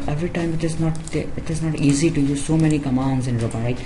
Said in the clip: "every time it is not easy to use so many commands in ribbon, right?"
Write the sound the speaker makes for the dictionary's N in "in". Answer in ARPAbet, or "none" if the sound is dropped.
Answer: N